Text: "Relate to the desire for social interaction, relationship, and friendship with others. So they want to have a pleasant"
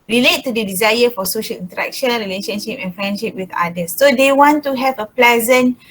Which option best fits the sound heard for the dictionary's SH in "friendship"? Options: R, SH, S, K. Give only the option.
SH